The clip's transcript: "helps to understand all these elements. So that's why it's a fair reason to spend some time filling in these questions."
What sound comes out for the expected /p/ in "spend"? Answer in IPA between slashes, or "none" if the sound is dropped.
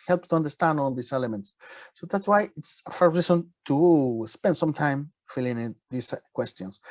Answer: /p/